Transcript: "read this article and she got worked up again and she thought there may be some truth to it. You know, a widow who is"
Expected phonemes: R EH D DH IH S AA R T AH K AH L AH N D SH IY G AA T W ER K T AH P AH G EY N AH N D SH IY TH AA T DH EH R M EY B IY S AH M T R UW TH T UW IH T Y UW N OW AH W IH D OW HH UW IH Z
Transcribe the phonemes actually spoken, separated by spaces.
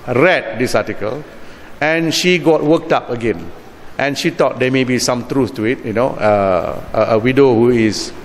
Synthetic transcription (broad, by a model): R EH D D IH S AA T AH K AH L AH N SH IY G AA T W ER K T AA P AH G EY N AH N SH IY T AA T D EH M EY B IY S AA M T R UW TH T UW IH T Y UW N OW AH W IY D OW HH UW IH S